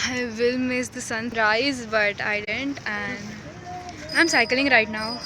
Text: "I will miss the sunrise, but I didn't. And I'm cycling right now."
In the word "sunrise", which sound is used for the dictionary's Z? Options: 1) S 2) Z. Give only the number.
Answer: 2